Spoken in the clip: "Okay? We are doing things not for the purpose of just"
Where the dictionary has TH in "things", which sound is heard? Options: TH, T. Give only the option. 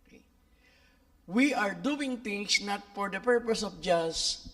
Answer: T